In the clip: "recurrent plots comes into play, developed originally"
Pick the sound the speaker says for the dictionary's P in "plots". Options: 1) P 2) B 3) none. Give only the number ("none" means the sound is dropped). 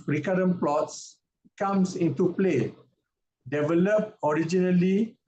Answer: 1